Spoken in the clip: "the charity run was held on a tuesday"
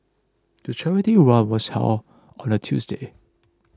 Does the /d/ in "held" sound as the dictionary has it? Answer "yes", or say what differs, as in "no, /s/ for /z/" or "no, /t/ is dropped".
no, /d/ is dropped